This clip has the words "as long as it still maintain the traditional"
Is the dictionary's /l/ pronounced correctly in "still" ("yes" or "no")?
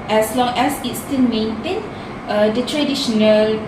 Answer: no